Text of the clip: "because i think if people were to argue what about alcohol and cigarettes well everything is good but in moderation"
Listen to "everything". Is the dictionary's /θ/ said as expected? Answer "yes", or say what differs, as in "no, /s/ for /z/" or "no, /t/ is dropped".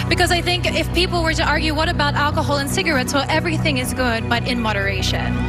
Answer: yes